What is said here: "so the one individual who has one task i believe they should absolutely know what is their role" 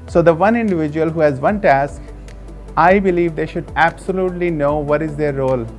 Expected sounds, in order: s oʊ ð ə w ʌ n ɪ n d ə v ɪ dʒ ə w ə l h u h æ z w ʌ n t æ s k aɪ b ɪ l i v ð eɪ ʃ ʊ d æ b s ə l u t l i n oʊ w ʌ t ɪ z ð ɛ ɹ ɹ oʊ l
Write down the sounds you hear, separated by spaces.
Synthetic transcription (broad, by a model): s oʊ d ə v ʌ n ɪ n d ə v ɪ dʒ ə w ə l h u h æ z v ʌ n t æ s k aɪ b ɪ l i v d eɪ ʃ ʊ d æ b s ə l u t l i n oʊ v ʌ t ɪ z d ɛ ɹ ɹ oʊ l